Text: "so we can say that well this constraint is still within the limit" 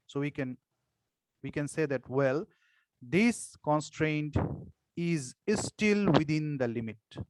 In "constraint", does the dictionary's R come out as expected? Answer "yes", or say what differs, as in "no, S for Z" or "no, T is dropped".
yes